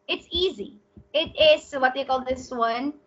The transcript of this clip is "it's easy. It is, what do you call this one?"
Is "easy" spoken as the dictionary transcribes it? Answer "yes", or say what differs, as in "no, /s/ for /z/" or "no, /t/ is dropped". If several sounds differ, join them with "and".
yes